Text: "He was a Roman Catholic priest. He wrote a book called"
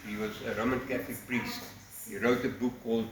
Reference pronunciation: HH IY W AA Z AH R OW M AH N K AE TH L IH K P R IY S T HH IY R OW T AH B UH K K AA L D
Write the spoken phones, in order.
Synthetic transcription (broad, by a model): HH IY W AA Z AH R OW M AH N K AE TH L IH K P R IY S T HH IY R OW T AH B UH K K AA L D